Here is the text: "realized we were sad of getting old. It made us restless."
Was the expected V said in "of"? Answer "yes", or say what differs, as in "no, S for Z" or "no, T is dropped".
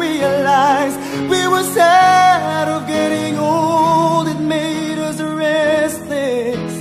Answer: yes